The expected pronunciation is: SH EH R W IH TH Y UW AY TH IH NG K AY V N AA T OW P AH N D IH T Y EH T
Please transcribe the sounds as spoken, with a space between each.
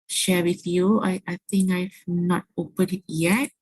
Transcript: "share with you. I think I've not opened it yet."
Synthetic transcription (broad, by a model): SH EH W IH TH Y UW AY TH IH NG K AY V N AA T OW P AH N IH T Y EH T